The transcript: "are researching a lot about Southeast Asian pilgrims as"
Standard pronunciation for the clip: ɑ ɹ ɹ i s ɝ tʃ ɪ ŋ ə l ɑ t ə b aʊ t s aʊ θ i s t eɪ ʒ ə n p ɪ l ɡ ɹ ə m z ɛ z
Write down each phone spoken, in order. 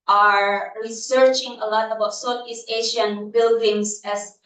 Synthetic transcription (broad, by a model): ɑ ɹ ɹ i s ɝ tʃ ɪ ŋ ə l ɑ t ə b aʊ t s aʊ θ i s eɪ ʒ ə n b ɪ l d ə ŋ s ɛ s